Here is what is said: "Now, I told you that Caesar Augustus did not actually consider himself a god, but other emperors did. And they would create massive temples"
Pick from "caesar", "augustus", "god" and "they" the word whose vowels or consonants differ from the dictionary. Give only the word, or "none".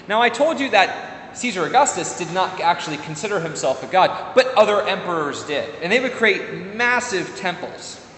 none